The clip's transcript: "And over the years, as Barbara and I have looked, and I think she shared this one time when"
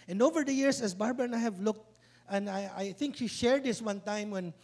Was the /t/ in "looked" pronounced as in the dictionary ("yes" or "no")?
yes